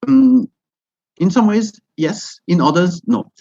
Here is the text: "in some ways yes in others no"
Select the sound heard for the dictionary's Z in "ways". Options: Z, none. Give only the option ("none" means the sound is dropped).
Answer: Z